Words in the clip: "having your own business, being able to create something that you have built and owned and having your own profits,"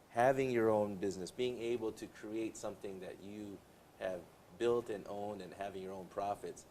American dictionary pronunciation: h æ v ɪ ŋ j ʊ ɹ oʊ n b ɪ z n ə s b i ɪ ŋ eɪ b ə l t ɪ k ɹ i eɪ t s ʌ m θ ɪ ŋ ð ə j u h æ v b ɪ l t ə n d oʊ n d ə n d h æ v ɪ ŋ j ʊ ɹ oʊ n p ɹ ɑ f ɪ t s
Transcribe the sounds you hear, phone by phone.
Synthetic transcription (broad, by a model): h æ v ɪ ŋ j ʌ ɹ oʊ n b ɪ z n ə s b i ɪ ŋ eɪ b l t ɪ k ɹ i eɪ t s ʌ m θ ɪ ŋ ð ə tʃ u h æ v b ɪ l t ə n oʊ n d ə n h æ v ɪ ŋ j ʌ ɹ oʊ n p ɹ ɑ f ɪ t s